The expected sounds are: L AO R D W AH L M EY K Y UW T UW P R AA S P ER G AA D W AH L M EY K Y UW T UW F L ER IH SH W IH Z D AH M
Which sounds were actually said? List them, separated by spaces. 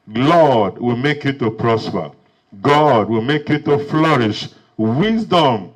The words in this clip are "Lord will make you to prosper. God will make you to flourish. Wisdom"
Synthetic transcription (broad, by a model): L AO D W AH L M EY K Y UW T UW P R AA S P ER G AA D W AH L M EY K Y UW T UW F L ER IH SH W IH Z D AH M